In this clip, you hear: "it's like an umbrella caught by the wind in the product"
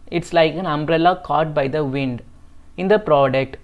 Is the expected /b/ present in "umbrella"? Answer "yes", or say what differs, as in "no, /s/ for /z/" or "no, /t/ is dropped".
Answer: yes